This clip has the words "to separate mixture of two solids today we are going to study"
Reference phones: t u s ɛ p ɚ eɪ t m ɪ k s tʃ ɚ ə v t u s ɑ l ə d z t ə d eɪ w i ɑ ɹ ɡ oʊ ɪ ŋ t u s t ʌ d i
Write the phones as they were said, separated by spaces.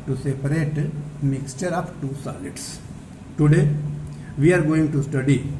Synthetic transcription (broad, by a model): t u s ɛ p ɚ eɪ t m ɪ k s tʃ ɚ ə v t u s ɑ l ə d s t ə d eɪ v i ɑ ɹ ɡ oʊ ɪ ŋ t u s t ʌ d i